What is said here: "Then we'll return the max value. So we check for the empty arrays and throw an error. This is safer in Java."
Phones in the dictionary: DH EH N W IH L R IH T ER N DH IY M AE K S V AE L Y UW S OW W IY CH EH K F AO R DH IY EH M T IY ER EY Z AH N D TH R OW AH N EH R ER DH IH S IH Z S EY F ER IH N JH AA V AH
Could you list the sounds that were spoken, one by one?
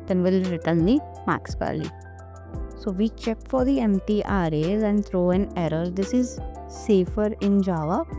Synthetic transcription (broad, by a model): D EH N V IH L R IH T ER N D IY M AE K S P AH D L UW S OW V IY CH EH K F AO R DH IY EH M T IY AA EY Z AH N D T R OW AH N EH R ER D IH S IH Z S EY F ER IH N JH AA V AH